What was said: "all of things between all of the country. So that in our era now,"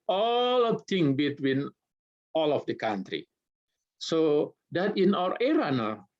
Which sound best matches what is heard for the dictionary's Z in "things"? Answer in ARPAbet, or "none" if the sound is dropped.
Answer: none